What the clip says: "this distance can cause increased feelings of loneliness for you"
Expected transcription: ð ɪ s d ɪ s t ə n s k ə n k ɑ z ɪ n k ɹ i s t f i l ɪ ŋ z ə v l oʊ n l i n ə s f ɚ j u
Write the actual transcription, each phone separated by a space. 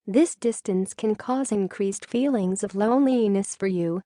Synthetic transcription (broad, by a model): ð ɪ s d ɪ s t ə n s k ə n k ɑ z ɪ n k ɹ i s t f i l ɪ ŋ z ə v l oʊ n l i n ə s f ɚ j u